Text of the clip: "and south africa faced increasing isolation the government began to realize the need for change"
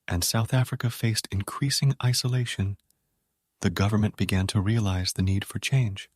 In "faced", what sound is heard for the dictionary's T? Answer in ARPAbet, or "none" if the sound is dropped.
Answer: T